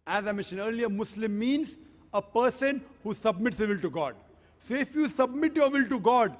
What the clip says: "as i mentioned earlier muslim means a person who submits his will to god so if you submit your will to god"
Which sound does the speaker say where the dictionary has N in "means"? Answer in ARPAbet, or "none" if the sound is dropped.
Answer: N